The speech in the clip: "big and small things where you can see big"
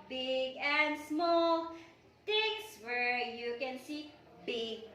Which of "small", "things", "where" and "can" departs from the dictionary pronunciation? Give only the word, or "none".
things